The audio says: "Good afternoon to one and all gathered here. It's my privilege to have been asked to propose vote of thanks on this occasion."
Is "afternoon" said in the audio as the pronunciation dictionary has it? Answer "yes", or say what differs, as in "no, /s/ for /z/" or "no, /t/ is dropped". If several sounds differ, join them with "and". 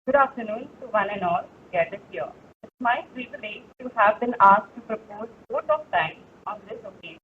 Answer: yes